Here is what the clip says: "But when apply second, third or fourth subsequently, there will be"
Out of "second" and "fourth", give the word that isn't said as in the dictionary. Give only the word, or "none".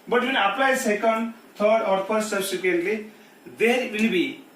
fourth